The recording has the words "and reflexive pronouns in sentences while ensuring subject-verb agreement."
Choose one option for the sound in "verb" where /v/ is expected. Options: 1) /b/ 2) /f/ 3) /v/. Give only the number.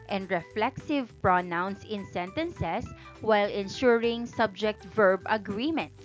3